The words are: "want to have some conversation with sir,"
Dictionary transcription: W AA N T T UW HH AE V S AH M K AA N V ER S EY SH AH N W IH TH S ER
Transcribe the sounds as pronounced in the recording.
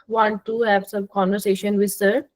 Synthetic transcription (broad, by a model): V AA N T T UW HH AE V S AH M K AA N V ER S EY SH AH N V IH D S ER